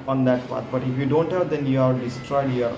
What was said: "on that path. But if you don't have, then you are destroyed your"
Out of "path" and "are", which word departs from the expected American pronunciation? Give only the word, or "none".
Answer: path